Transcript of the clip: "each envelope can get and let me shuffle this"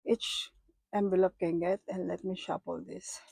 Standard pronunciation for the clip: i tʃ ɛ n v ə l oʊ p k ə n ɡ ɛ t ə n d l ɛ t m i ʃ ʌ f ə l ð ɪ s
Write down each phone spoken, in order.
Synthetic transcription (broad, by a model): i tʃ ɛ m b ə l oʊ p k ə n ɡ ɛ t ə n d l ɛ t m i ʃ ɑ p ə l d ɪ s